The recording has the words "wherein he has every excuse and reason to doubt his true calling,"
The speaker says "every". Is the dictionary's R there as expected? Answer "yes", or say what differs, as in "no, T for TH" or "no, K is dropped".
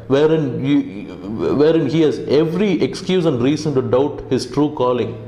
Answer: yes